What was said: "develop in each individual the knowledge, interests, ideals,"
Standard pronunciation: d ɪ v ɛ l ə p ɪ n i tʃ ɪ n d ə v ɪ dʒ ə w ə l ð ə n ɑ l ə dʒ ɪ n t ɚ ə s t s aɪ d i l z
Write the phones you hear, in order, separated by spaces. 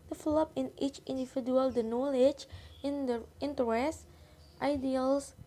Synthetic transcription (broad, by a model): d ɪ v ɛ l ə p ɪ n i tʃ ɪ n d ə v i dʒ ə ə l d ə n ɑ l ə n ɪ n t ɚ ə s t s aɪ d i l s